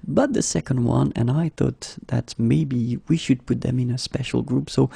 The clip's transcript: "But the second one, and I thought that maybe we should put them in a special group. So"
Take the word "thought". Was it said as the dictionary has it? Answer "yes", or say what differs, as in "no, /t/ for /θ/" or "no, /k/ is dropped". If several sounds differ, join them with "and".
yes